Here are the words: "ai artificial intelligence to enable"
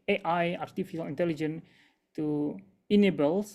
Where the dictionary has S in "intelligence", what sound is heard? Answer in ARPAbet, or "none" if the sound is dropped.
none